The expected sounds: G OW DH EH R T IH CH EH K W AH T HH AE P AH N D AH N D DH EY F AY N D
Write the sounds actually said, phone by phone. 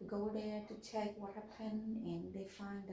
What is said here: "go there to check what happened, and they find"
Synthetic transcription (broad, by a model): G OW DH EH R T IH CH EH K W AH T HH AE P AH N AH N DH EY F AY N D